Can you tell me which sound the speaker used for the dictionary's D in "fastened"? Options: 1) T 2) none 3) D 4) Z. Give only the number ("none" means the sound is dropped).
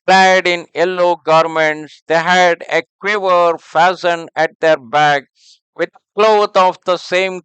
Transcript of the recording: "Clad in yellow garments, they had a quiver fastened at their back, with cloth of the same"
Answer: 2